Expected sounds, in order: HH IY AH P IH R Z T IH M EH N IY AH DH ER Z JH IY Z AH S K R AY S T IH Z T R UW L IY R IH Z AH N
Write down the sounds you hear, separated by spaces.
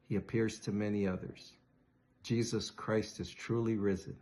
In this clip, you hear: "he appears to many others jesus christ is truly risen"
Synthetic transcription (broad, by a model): HH IY AH P IH R Z T IH M EH N IY AH DH ER Z JH IY Z AH S K R AY S T IH Z T R UW L IY R IH Z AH N